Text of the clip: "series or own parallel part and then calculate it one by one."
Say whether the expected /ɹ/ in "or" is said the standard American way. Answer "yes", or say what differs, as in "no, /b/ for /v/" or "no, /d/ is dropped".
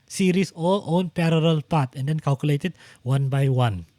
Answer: no, /l/ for /ɹ/